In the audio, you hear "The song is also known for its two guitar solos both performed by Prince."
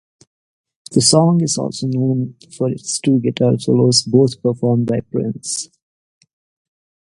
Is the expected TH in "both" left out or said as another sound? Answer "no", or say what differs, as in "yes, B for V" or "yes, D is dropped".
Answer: yes, T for TH